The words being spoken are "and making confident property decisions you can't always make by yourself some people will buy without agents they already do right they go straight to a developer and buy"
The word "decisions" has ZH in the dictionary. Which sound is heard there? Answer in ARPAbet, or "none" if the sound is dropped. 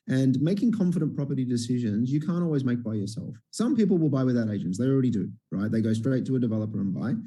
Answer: ZH